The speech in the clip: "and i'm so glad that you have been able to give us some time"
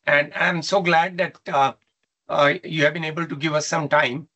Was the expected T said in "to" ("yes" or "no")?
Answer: yes